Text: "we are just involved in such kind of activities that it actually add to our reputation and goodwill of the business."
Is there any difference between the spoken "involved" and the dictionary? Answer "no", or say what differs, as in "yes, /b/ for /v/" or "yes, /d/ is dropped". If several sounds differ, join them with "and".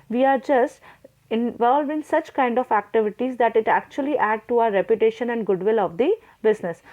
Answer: yes, /d/ is dropped